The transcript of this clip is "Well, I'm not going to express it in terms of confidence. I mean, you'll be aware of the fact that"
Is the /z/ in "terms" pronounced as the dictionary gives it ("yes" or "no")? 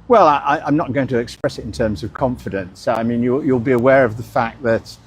yes